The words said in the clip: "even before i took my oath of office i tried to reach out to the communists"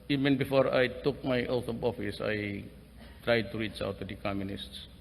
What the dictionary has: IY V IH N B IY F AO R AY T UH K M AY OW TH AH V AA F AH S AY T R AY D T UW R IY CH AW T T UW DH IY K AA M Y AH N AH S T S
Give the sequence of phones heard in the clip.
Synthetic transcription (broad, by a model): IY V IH N B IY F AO R AY T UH K M AY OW T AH B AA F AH S AY T R AY D T UW R IY CH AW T T UW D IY K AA M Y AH N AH S T S